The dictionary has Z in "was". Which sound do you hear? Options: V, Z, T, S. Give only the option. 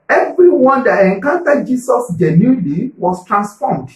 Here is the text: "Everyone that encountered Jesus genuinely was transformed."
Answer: S